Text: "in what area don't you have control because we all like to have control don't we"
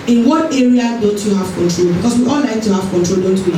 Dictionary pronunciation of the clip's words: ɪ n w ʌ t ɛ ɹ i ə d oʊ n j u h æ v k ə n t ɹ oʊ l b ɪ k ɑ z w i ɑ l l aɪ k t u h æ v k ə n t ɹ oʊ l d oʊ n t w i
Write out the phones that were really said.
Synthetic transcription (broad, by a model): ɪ n w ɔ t ɛ ɹ i ə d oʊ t j u h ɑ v k ə n t ɹ oʊ l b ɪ k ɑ s w i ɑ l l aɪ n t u h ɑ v k ə n t ɹ oʊ l d oʊ n t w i